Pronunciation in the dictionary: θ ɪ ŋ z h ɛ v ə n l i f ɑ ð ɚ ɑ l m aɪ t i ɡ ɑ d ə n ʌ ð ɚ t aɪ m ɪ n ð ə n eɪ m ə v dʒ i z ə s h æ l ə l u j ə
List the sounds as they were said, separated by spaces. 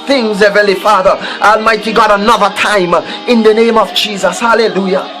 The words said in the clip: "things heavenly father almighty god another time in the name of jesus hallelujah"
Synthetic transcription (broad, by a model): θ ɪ ŋ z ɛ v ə l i f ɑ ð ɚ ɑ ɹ m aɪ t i ɡ ɑ d ə n ʌ ð ɚ t aɪ m ɪ n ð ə n eɪ m ə v dʒ i z ə s h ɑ l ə l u j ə